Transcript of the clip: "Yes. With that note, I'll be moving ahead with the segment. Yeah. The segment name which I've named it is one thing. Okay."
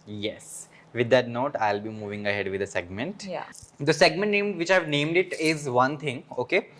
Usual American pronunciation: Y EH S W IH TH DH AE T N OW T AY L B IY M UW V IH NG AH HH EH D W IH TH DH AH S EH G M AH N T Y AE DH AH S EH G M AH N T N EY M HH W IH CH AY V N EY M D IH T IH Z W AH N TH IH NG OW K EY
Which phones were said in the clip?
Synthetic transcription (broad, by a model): Y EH S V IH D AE T N OW T AY L B IY M UW V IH NG AH HH EH D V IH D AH S EH G M AH N T Y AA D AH S EH G M AH N T N EY M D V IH CH AY V N EY M D IH T IH Z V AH N T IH NG OW K EY